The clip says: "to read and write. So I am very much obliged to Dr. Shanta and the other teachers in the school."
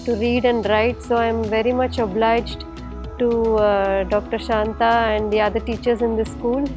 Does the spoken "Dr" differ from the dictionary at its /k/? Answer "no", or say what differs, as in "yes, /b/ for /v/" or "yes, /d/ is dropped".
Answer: no